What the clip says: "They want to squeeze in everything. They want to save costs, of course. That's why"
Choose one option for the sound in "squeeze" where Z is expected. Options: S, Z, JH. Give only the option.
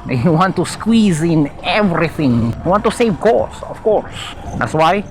Z